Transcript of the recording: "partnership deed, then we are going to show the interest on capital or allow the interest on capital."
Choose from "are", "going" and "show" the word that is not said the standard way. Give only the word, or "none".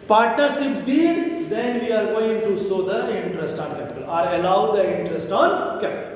show